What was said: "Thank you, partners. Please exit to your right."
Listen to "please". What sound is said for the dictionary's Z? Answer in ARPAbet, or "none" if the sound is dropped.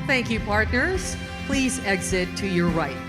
Z